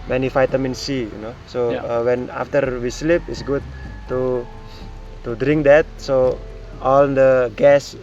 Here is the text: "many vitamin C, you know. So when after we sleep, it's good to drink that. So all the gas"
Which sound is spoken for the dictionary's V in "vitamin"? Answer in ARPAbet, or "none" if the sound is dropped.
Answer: F